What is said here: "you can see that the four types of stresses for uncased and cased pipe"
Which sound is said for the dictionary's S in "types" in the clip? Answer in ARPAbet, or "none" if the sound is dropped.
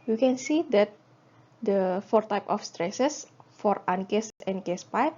none